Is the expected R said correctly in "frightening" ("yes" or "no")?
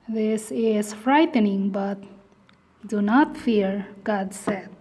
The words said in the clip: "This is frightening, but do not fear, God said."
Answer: yes